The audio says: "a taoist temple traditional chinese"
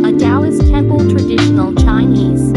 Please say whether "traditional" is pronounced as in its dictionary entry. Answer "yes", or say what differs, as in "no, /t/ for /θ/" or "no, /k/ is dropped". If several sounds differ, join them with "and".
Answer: yes